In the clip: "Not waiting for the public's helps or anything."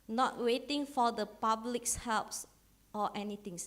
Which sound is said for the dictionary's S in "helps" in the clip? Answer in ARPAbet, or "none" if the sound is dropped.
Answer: S